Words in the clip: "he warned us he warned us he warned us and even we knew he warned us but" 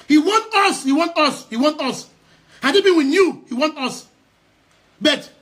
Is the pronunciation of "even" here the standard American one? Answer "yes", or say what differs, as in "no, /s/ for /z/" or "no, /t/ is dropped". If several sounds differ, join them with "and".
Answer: no, /b/ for /v/